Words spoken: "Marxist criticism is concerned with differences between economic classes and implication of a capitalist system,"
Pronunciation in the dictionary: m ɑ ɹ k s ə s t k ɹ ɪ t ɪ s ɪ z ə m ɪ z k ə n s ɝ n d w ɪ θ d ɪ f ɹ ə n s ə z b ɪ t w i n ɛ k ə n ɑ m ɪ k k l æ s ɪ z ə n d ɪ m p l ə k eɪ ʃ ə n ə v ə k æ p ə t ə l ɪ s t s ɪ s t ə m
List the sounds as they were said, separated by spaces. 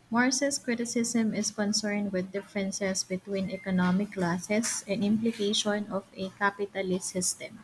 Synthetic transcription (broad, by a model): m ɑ ɹ s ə s k ɹ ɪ t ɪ s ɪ s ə m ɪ s k ə n s ɝ n d w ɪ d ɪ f ɹ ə n s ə s b ɪ t w i n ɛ k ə n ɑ m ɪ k k l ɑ s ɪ s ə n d ɪ m p l ə k eɪ ʃ ə n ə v ə k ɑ p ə t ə l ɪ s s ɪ s t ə m